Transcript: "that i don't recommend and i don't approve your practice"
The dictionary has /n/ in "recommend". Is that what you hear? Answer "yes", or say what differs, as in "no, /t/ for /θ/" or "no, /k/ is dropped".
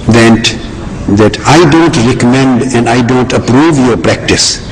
yes